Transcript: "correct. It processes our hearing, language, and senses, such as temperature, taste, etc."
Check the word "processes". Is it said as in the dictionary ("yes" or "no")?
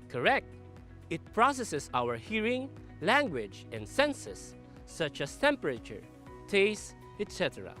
no